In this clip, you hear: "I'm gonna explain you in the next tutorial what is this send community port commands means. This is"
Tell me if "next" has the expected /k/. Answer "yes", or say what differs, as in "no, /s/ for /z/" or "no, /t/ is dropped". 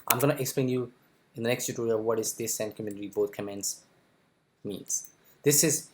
yes